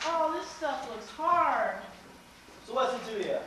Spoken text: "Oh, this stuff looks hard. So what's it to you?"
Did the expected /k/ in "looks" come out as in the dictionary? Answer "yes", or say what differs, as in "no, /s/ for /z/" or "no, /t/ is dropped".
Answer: yes